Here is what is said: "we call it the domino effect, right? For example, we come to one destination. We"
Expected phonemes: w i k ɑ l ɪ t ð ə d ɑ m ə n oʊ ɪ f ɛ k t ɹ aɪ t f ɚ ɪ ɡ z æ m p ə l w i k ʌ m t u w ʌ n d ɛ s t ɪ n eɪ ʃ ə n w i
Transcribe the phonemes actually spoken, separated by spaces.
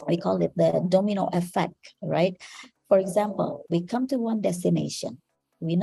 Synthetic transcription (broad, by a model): w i k ɑ l ɪ t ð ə d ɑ m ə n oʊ ɪ f ɛ k t ɹ aɪ t f ɚ ɪ ɡ z æ m p ə l w i k ʌ m t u w ʌ n d ɛ s t ɪ n eɪ ʃ ə n w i